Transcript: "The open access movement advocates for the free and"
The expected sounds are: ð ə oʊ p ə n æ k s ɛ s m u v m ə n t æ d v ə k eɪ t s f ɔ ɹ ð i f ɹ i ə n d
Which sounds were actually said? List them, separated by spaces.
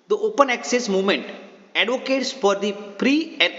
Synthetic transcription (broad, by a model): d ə oʊ p ə n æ k s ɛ s m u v m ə n t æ d v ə k eɪ t s f ɔ ɹ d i p ɹ i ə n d